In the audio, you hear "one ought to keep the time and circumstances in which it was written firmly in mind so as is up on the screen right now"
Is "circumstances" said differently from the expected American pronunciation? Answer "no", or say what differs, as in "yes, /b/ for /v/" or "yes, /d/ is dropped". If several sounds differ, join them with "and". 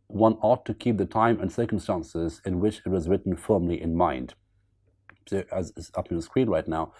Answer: no